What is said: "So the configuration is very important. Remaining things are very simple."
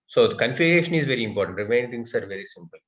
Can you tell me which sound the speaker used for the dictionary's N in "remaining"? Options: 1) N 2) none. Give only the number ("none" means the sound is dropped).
2